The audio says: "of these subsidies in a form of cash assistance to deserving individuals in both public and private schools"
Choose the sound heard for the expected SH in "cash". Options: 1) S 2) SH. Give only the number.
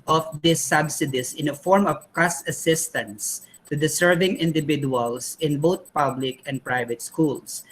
1